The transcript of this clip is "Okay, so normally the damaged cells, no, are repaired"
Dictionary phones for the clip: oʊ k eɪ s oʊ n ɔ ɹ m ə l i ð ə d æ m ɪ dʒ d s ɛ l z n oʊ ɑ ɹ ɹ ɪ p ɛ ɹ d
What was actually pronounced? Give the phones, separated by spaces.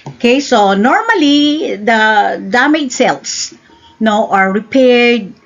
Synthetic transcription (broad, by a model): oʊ k eɪ s oʊ n ɔ ɹ m ə l i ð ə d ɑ m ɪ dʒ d s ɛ l s n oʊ ɑ ɹ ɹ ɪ p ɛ ɹ d